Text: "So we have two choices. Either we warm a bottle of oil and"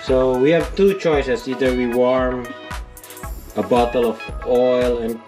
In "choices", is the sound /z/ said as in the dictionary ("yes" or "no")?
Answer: no